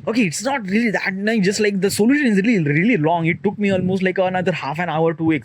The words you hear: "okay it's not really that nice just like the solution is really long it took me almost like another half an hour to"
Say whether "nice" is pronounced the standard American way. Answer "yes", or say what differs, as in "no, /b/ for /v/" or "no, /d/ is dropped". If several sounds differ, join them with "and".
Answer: no, /s/ is dropped